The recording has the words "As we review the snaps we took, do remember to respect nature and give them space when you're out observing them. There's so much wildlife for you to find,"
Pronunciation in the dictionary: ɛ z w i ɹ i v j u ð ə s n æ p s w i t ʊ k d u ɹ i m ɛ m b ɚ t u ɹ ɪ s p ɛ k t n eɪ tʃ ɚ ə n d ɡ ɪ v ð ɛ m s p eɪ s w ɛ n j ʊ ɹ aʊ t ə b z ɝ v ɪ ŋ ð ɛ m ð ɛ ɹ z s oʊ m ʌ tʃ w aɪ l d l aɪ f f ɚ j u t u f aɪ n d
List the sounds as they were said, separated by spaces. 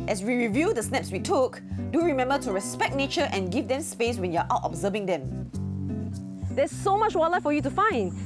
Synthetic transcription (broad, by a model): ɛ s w i ɹ i v j u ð ə s n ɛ p s w i t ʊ k d u ɹ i m ɛ m b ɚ t u ɹ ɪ s p ɛ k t n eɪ tʃ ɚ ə n ɡ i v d ɛ m s p eɪ s w ɛ n j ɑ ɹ aʊ t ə b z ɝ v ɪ ŋ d ɛ m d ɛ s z s oʊ m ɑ tʃ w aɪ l l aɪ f f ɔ j u t u f aɪ n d